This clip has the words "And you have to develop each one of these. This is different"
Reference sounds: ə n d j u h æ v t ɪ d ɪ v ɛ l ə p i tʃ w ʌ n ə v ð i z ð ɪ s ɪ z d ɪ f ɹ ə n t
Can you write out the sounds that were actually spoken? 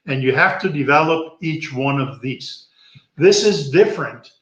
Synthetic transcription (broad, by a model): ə n j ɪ h æ f t ɪ d ɪ v ɛ l ə p i tʃ w ʌ n ə v ð i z ð ɪ s ɪ z d ɪ f ɹ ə n t